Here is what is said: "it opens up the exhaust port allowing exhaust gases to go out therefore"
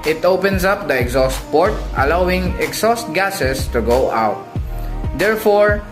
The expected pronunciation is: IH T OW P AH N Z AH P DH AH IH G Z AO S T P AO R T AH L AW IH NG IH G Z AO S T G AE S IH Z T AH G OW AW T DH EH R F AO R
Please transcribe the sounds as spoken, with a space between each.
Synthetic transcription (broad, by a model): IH T OW P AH N S AH P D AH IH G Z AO S T P AO R T AH L AW IH NG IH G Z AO S T G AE S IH S T AH G OW AW T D EH R F AO R